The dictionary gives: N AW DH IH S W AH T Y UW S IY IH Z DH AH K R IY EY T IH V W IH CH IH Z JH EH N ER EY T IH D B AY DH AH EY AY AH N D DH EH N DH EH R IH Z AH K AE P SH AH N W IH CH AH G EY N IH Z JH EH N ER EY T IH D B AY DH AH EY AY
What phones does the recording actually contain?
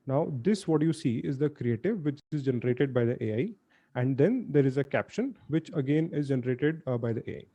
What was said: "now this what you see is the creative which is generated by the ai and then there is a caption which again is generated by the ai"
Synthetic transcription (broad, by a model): N AW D IH S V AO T Y UW S IY IH Z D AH K R IY EY T IH V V IH CH IH Z JH EH N ER EY T IH D B AY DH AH EY AY AH N D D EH N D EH R IH Z AH K AE P SH AH N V IH CH AH G EY N IH Z JH EH N ER EY T IH D B AY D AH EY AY